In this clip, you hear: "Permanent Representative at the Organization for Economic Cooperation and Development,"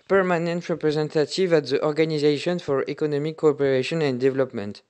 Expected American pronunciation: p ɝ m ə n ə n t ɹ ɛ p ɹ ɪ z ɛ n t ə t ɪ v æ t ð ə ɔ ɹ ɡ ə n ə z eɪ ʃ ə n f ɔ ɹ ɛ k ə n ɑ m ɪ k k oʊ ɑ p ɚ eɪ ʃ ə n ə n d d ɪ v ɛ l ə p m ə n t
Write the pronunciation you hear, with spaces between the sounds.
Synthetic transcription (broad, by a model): p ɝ m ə n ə n t ɹ ɛ p ɹ ɪ z ɛ n t ə t ɪ v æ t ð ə ɔ ɹ ɡ ə n ə z eɪ ʃ ə n f ɔ ɹ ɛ k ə n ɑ m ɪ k k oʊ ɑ p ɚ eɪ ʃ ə n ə n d d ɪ v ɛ l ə p m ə n t